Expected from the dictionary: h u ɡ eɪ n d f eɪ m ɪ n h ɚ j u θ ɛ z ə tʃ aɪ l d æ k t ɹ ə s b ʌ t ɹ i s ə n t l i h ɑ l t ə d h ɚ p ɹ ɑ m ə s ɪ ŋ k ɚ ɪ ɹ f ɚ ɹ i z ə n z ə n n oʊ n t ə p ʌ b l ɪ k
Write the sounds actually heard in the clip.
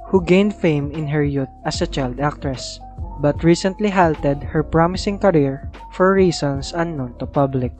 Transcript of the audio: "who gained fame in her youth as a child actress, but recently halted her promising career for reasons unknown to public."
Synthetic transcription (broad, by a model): h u ɡ eɪ n d f eɪ m ɪ n h ɚ j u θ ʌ s ə tʃ aɪ l d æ k t ɹ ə s b ʌ t ɹ i s ə n t l i h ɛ l t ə d h ɚ p ɹ ɑ m ə s ɪ ŋ k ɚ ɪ ɹ f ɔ ɹ i s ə n s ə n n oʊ n t ə p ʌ b l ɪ k